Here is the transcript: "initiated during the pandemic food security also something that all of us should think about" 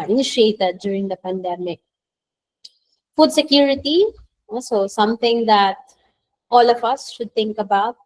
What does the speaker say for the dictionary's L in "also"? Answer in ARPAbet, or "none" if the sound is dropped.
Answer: none